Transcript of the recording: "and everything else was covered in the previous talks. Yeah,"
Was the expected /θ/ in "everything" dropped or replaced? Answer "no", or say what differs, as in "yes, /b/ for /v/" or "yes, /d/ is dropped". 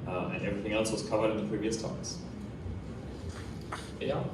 no